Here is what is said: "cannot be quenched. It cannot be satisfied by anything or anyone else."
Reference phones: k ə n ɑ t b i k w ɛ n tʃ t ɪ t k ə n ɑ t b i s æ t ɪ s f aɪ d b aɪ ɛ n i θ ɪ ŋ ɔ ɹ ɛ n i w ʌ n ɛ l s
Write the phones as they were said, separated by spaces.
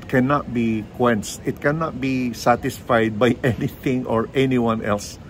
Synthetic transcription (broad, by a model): k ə n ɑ t b i k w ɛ n s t ɪ t k ə n ɑ t b i s æ t ɪ s f aɪ d b aɪ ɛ n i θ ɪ ŋ ɔ ɹ ɛ n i w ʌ n ɛ l s